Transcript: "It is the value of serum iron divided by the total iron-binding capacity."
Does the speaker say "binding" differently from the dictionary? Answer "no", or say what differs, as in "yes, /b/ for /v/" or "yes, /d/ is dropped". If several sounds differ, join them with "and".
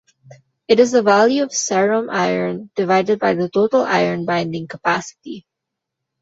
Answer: no